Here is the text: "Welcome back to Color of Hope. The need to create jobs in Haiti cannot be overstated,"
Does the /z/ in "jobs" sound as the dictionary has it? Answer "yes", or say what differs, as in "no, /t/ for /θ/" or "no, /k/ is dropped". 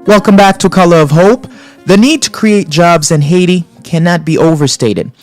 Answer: yes